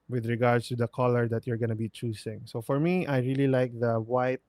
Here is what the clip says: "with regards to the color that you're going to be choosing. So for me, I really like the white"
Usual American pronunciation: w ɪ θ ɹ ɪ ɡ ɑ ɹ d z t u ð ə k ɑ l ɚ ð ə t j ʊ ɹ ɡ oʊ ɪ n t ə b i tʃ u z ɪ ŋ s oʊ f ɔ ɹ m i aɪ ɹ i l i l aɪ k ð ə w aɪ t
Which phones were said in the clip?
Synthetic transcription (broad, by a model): w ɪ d ɹ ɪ ɡ ɑ ɹ d s t u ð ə k ɑ l ɚ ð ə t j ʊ ɹ ɡ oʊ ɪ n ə b i tʃ u s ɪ ŋ s oʊ f ɔ ɹ m i aɪ ɹ i l i l aɪ k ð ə w aɪ t